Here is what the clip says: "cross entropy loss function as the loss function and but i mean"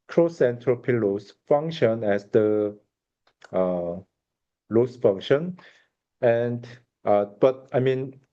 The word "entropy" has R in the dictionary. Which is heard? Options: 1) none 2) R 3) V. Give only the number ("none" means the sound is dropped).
2